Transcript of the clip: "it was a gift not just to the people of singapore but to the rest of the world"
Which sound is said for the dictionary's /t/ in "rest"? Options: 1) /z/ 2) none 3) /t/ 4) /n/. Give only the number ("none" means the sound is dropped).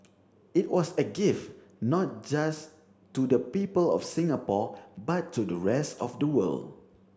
3